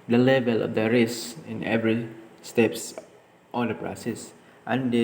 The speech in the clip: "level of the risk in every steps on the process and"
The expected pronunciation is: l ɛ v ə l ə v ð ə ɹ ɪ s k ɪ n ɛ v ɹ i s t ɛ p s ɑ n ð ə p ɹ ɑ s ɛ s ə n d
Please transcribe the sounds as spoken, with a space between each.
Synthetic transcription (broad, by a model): l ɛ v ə l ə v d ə ɹ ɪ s ɪ n ɛ v ɹ i s t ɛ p s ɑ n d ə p ɹ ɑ s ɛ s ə n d